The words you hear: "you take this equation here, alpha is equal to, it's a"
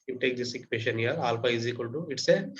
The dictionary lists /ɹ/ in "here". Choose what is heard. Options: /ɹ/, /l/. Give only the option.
/l/